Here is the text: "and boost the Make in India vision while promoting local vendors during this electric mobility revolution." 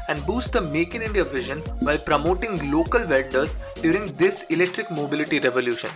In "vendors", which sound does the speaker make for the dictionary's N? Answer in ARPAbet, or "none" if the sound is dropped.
L